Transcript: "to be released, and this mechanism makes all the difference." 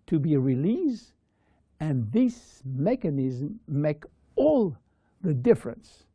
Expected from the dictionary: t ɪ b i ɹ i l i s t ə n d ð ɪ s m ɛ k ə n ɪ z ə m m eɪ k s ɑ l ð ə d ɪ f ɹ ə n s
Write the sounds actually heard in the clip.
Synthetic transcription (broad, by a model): t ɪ b i ɹ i l i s ə n ð ɪ s m ɛ k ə n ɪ z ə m m eɪ k ɑ l ð ə d ɪ f ɹ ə n s